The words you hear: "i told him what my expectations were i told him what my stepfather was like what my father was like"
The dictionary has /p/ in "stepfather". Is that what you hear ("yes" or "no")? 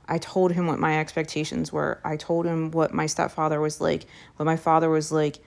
yes